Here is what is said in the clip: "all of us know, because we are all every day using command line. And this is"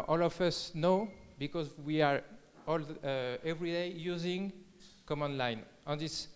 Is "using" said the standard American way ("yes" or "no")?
yes